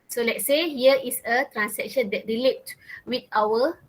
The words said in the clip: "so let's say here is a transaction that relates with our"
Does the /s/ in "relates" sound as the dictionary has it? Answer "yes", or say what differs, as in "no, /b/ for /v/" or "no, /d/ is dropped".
no, /s/ is dropped